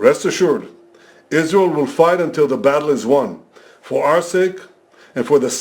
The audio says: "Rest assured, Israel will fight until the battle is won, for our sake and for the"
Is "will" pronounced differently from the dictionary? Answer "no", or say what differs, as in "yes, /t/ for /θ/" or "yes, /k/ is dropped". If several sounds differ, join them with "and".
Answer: no